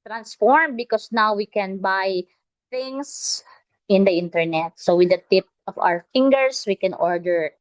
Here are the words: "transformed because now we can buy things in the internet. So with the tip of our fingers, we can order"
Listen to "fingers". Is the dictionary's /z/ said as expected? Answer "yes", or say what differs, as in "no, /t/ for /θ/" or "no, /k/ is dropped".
no, /s/ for /z/